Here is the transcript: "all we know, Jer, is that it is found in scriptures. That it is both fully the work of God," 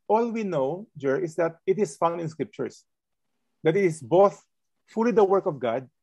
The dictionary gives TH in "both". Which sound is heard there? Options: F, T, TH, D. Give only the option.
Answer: TH